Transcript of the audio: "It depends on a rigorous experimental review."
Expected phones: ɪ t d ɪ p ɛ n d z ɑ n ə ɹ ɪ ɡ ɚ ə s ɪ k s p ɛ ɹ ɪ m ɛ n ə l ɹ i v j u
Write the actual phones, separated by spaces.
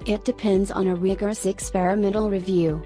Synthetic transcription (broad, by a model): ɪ t d ɪ p ɛ n d z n ə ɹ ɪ ɡ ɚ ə s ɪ k s p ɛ ɹ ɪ m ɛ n l ɹ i v j u